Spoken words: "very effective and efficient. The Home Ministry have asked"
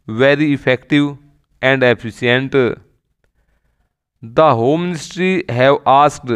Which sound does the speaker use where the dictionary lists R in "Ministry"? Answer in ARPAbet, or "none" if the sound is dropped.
R